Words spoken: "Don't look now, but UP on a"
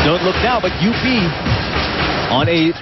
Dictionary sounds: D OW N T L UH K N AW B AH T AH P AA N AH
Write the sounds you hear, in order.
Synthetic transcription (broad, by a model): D OW N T L UH K N AW B AH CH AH B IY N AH